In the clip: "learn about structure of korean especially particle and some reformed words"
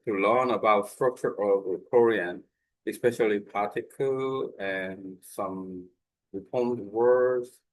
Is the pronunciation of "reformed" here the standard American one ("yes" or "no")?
no